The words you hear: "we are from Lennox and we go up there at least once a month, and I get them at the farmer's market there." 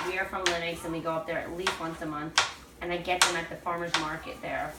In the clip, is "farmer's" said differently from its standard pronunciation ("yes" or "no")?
no